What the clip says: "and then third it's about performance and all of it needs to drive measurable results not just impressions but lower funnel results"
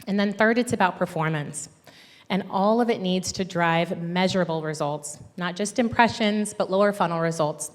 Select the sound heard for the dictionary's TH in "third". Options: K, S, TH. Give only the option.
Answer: TH